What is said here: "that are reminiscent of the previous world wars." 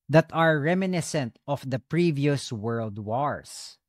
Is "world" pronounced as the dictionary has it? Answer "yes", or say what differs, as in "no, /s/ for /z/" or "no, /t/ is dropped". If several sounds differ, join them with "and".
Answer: yes